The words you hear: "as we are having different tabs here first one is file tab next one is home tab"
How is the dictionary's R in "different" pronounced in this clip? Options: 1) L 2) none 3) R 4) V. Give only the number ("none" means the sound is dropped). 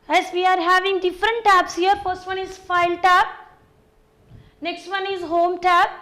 3